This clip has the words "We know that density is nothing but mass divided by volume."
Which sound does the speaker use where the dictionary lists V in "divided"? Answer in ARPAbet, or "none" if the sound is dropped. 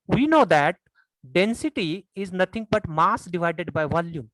V